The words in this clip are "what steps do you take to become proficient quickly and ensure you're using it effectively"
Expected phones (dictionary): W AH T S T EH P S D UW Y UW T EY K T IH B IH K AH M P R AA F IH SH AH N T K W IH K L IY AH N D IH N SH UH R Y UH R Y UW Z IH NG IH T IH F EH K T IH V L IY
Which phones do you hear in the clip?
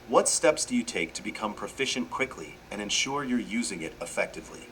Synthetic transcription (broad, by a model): W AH T S T EH P S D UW Y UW T EY K T IH B IH K AH M P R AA F IH SH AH N K W IH K L IY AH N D IH N SH UH R Y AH R Y UW Z IH NG IH T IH F EH K T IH V L IY